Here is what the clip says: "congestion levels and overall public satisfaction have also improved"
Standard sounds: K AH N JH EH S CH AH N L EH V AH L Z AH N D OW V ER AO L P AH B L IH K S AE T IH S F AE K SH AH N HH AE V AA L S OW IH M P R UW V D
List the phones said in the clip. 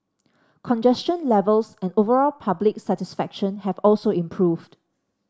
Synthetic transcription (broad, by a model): K AH N JH EH S CH AH N L EH V AH L S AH N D OW V ER AO L P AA B L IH K S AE T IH S F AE K SH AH N HH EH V AA L S OW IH M P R UW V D